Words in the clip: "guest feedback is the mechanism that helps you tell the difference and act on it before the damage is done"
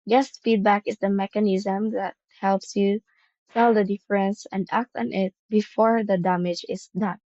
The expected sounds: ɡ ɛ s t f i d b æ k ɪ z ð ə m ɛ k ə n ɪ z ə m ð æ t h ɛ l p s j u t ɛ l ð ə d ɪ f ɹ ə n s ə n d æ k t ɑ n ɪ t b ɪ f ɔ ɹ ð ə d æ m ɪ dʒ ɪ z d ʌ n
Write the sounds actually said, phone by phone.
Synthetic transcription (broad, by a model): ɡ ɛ s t f i d b æ k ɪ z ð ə m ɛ k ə n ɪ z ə m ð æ t h ɛ l p s j u s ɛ l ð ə d ɪ f ɹ ə n s ə n d æ k t ɑ n ɪ t b ɪ f ɔ ɹ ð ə d æ m ɪ dʒ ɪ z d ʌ n